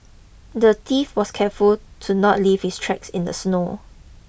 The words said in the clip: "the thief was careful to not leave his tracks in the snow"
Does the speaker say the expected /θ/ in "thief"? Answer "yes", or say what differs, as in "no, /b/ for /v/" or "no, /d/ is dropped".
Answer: no, /t/ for /θ/